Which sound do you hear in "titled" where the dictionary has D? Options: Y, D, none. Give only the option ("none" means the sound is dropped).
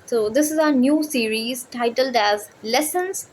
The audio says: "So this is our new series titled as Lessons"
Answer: D